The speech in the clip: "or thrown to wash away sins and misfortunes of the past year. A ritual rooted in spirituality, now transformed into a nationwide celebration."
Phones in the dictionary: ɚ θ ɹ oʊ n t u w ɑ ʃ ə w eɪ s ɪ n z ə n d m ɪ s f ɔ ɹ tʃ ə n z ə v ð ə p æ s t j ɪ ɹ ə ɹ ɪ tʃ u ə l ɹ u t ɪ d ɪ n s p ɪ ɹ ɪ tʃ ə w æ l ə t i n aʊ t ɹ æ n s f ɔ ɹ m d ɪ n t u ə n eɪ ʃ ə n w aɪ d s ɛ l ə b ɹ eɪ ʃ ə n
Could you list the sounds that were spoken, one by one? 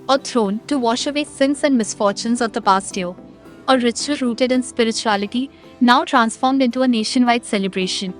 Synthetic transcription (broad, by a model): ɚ t ɹ oʊ n t u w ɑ ʃ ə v eɪ s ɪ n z ə n d m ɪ s f ɔ ɹ tʃ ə n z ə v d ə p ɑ s t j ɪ ə ɹ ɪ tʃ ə ɹ u t ɪ d ɪ n s p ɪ ɹ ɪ tʃ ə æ l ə t i n aʊ t ɹ æ n s f ɔ ɹ m d ɪ n t u ə n eɪ ʃ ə n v aɪ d s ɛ l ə b ɹ eɪ ʃ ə n